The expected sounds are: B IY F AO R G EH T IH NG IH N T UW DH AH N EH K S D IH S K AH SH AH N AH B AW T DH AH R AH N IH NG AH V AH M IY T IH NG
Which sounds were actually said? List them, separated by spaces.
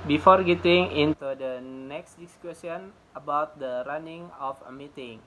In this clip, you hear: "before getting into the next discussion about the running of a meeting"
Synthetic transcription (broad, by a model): B IY F AO R G EH T IH NG IH N T UW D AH N EH K S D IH S K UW S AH N AH B AW T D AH R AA N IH NG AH F AH M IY T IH NG